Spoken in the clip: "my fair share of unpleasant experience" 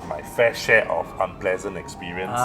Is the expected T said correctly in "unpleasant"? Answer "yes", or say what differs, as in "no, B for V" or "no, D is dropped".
yes